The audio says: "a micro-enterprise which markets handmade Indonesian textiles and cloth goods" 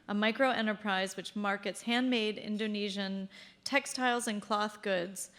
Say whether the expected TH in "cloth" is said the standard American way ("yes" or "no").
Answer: yes